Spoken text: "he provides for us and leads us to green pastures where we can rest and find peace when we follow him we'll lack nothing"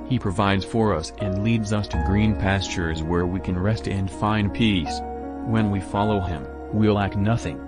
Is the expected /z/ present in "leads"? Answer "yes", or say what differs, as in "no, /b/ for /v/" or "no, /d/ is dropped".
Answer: yes